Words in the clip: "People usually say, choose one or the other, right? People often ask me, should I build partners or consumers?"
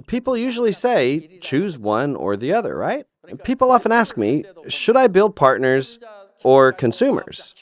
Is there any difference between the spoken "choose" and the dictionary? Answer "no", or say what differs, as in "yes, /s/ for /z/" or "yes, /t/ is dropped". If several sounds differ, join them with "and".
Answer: no